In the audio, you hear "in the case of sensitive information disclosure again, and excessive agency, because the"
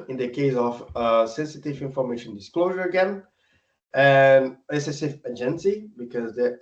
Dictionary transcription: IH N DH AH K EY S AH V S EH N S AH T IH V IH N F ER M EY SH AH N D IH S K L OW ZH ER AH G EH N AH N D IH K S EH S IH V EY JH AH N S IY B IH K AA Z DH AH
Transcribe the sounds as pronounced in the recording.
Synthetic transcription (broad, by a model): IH N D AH K EY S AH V S EH N S AH T IH V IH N F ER M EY SH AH N D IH S K L OW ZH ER AH G EH N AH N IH S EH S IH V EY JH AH N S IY B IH K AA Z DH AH